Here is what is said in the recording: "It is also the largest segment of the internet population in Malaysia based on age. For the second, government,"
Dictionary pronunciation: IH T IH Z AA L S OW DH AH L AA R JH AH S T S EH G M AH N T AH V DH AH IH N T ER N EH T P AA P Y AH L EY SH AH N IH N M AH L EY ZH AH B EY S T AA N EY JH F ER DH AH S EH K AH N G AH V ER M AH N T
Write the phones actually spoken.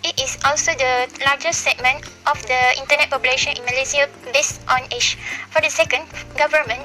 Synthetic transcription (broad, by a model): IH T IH S AA L S OW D AH L AA JH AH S S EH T M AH N T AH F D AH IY N T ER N EH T P AA P Y AH L EY SH AH N IH N M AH L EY S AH B EY S T AA N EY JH F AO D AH S EH K AH N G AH V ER M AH N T